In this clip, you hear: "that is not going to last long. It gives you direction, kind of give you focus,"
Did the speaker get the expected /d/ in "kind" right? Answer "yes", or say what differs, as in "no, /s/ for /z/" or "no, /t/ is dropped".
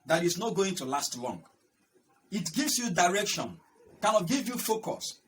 no, /d/ is dropped